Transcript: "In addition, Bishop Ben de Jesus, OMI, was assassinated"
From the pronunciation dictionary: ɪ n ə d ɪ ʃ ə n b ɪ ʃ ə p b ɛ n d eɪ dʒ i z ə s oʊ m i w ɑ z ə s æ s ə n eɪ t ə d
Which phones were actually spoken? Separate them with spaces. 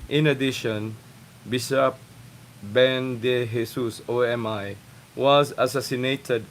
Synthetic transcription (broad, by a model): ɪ n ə d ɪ ʃ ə n b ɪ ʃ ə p b ɛ n d eɪ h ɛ s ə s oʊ m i w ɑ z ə s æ s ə n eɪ t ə d